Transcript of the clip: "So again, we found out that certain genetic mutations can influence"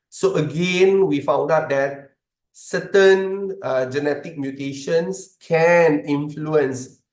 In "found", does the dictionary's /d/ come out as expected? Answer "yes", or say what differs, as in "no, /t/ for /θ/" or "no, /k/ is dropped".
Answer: yes